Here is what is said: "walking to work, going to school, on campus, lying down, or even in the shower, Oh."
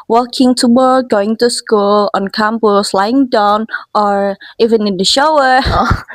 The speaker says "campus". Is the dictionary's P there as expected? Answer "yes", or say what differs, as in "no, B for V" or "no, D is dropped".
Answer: no, B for P